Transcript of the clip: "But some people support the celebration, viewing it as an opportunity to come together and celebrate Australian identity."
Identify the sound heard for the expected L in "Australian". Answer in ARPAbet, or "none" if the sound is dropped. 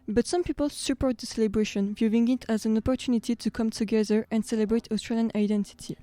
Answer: L